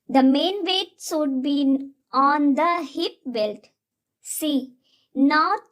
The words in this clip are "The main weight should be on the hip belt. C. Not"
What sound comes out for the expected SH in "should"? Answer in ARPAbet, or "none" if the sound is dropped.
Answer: S